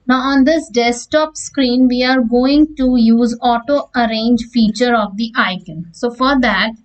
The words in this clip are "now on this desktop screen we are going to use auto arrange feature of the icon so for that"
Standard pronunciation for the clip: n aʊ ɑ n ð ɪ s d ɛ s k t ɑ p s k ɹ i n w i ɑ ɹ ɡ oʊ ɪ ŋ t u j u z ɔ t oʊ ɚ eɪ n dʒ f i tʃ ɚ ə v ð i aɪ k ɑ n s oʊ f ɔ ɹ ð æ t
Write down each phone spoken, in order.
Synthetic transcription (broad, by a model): n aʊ ɑ n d ɪ s d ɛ s t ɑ p s k ɹ i n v i ɑ ɹ ɡ oʊ ɪ ŋ t u j u z ɔ t oʊ ɚ eɪ n dʒ f i tʃ ɚ ə v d i aɪ k ɑ n s oʊ f ɔ ɹ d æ t